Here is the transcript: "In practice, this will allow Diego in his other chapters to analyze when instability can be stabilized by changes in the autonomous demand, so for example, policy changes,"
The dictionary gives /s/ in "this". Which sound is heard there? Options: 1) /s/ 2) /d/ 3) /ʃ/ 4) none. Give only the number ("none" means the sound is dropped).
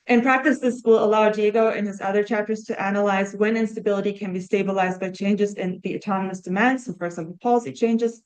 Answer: 1